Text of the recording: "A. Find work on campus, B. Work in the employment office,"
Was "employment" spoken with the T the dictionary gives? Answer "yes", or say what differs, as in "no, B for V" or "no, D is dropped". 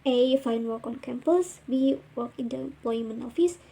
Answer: no, T is dropped